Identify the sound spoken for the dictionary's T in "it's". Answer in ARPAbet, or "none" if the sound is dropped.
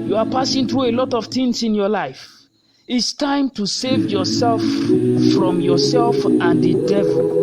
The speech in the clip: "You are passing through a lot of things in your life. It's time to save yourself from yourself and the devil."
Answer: T